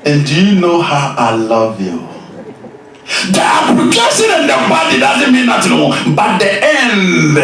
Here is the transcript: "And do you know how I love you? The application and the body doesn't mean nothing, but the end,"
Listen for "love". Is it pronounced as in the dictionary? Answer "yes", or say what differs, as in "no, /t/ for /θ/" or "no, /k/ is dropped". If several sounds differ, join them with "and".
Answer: yes